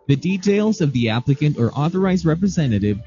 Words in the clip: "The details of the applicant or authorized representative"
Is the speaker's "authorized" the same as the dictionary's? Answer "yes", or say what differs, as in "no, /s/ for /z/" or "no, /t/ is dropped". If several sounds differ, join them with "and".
yes